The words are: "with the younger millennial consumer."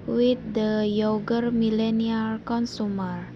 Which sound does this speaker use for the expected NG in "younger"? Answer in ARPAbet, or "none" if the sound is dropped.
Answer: none